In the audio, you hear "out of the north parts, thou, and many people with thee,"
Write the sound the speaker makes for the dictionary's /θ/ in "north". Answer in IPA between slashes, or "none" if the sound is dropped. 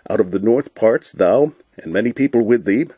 /θ/